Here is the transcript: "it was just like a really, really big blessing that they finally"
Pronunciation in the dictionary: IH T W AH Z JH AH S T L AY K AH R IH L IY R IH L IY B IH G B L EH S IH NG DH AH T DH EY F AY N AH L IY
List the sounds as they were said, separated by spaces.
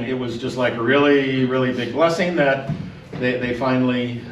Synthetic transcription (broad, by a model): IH T W AH Z JH AH S T L AY K AH R IH L IY R IH L IY B IH G B L EH S IH NG DH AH T DH EY F AY N L IY